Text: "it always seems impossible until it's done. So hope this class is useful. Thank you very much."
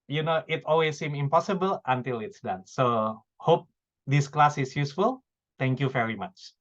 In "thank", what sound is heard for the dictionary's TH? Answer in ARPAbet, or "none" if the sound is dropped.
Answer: T